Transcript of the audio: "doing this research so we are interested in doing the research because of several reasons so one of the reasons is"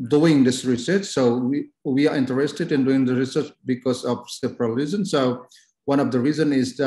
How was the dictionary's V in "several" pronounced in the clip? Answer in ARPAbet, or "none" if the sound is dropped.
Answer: P